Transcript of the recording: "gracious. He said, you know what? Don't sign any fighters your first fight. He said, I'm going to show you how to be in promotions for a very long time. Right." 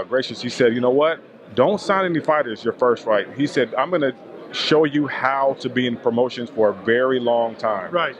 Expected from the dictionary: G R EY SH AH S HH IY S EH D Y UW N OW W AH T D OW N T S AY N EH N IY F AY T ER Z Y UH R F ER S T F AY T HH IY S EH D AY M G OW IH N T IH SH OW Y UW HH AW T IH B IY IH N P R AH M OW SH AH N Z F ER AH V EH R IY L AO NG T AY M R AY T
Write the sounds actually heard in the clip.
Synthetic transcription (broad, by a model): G R EY SH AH S HH IY S EH D Y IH N OW W AH T D OW N T S AY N EH N IY F AY T ER Z Y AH R F ER S T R AY T HH IY S EH D AY M G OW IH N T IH SH OW Y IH HH AW T IH B IY IH N P R AH M OW SH AH N Z F ER AH V EH R IY L AO NG T AY M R AY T